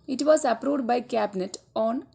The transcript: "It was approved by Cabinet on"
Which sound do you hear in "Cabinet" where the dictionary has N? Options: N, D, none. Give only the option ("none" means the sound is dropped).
N